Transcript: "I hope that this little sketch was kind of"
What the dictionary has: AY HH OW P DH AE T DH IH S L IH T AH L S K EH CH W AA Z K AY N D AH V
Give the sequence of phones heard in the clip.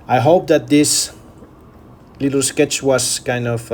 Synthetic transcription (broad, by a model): AY HH OW P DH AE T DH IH S L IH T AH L S K EH CH W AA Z K AY N D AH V